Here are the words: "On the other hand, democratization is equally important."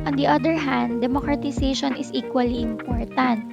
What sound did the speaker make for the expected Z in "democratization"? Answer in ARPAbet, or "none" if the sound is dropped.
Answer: S